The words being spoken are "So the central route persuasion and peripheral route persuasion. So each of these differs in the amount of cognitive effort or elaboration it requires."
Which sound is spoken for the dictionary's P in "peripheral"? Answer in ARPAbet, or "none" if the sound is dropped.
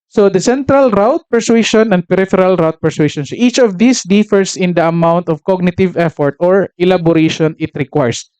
P